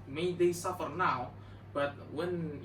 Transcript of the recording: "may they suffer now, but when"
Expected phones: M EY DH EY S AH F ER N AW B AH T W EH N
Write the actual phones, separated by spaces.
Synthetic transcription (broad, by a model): M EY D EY S AH F ER N AW B AH T W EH N